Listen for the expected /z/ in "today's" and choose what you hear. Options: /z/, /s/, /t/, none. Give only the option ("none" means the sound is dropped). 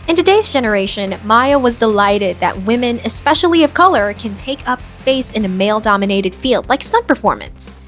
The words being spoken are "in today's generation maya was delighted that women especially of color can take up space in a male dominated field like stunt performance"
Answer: /z/